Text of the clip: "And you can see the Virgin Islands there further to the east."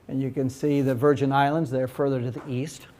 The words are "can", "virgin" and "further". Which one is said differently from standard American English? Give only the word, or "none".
none